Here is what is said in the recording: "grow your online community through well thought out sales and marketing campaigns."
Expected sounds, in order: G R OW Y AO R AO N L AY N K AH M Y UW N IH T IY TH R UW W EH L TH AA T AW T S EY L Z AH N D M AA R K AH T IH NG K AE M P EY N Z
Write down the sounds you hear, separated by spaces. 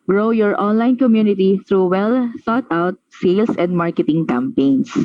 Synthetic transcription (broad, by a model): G R OW Y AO R AO N L AY N K AH M Y UW N IH T IY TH R UW W EH L S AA T AW T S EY L S AH N D M AA R K AH T IH NG K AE M P EY N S